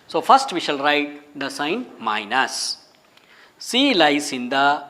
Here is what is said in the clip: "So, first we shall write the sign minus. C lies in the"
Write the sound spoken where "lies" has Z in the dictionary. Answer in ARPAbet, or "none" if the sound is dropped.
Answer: S